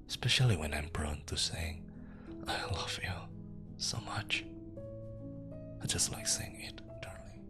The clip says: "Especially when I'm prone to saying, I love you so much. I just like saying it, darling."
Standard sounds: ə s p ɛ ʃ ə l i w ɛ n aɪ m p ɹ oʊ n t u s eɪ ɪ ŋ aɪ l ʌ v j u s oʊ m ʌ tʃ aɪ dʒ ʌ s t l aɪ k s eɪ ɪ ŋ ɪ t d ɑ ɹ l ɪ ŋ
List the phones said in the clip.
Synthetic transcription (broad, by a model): s p ɛ ʃ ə l i w ɛ n aɪ m b ɹ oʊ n t u s eɪ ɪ ŋ aɪ l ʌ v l s oʊ m ʌ tʃ aɪ dʒ ʌ s t l aɪ k s eɪ ɪ ŋ ɪ t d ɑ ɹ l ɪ